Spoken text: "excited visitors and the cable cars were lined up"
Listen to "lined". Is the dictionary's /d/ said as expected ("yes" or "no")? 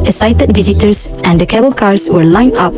no